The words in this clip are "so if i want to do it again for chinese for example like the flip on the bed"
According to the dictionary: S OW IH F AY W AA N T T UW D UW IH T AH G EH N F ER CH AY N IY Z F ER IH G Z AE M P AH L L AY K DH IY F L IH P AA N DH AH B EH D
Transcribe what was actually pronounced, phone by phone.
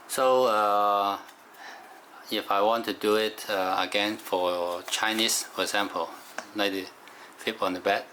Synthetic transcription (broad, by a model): S OW IH F AY W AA N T T UW D UW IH T AH G EH N F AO CH AY N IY S F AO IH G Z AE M P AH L N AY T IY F IH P AA N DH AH B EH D